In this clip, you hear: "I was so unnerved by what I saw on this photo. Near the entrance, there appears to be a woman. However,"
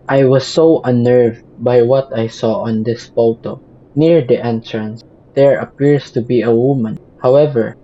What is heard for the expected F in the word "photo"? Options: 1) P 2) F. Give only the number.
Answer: 1